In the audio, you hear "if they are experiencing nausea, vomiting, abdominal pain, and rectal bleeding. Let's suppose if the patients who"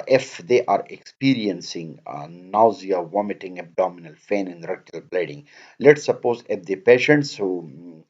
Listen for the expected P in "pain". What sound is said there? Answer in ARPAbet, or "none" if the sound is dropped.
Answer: F